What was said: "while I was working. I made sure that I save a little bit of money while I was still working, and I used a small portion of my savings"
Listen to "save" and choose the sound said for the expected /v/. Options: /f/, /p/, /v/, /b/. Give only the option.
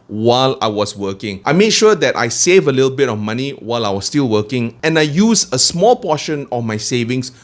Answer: /v/